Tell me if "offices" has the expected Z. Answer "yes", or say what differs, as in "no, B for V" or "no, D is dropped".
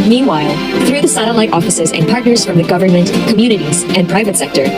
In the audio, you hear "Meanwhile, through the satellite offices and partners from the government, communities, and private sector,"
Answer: yes